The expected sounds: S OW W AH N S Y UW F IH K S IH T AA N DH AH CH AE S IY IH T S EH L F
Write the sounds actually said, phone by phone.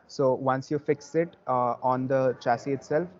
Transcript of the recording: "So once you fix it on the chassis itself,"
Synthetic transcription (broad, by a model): S OW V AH N S Y UW F IH K S IH T AA N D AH CH AE S IY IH T S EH L F